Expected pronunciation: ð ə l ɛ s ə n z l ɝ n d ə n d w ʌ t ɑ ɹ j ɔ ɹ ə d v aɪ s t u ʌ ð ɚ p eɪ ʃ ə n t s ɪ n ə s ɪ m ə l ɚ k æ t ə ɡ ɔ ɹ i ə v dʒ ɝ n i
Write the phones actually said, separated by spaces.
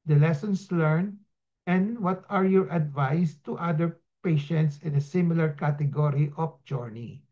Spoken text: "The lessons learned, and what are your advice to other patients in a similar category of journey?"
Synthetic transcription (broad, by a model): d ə l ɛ s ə n s l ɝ n ə n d w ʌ t ɑ ɹ j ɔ ɹ ə d v aɪ s t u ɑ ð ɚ p eɪ ʃ ə n t s ɪ n ə s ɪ m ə l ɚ k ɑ t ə ɡ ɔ ɹ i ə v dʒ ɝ n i